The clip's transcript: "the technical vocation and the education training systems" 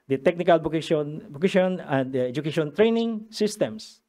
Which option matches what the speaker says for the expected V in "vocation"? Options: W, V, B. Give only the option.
B